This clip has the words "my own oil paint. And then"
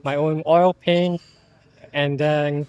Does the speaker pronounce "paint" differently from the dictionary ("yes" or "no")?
yes